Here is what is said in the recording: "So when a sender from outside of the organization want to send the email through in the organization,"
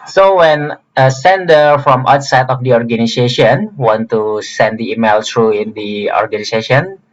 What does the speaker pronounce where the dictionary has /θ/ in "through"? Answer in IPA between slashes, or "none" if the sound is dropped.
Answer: /t/